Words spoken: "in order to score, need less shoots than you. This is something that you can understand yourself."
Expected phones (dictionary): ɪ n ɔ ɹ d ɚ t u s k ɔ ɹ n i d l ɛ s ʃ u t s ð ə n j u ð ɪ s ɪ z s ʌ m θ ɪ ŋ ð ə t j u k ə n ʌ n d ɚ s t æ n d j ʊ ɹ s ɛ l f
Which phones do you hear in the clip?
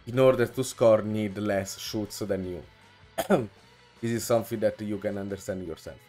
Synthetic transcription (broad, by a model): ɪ n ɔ ɹ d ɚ t u s k ɔ ɹ n i d l ɛ s ʃ u t s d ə n j u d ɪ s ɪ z s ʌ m f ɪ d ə t j u k ə n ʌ n d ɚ s t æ n d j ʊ ɹ s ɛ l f